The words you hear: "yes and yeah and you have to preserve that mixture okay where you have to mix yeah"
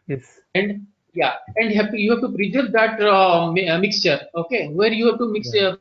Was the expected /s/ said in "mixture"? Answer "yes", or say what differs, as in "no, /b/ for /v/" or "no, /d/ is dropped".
yes